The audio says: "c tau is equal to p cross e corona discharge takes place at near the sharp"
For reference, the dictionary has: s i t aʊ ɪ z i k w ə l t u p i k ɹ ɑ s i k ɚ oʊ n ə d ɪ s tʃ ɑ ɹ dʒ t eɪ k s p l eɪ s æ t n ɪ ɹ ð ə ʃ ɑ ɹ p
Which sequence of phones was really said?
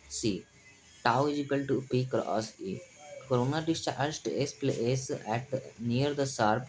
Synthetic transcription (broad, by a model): s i t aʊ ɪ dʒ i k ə l t u p i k ɹ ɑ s i k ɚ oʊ n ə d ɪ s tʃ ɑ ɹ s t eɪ s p l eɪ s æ t n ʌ ɹ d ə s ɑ ɹ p